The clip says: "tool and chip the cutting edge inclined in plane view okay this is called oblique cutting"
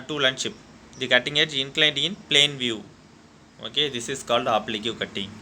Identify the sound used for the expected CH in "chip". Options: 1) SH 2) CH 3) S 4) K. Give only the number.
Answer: 1